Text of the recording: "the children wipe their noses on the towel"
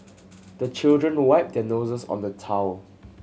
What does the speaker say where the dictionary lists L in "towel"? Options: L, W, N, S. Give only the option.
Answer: L